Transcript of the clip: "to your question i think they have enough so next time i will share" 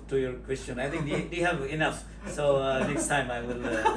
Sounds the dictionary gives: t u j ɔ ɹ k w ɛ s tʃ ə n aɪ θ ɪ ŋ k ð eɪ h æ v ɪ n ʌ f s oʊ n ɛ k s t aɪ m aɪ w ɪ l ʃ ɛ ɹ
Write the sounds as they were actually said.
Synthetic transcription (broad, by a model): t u j ɔ ɹ k w ɛ s tʃ ə n aɪ t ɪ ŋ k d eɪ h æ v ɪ n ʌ f s oʊ n ɛ k s t aɪ m aɪ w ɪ l